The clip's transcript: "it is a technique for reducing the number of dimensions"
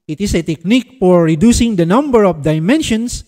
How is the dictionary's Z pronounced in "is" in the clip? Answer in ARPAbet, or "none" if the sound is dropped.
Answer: S